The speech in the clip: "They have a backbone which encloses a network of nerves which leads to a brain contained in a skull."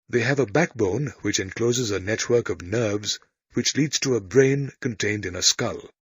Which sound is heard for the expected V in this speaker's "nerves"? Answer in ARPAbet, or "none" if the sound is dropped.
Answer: V